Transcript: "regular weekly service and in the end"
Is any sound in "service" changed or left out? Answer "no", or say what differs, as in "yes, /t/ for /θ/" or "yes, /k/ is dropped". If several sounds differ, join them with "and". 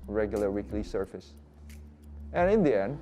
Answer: yes, /f/ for /v/